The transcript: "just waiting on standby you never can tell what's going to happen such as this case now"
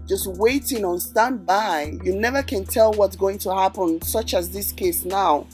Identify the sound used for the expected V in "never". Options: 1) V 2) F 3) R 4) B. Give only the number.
1